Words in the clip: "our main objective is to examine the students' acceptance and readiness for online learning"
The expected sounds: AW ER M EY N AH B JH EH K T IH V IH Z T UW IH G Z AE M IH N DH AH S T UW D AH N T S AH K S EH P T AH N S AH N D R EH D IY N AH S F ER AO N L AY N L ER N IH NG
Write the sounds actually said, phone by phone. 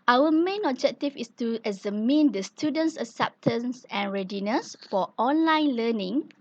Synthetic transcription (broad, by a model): AW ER M EY N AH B JH EH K T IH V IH S T UW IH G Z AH M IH N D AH S T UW D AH N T S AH S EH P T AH N S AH N R EH D IY N AH S F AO AO N L AY N L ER N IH NG